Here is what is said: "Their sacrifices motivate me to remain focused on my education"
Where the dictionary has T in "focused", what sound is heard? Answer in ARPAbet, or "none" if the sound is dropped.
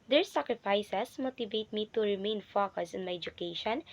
none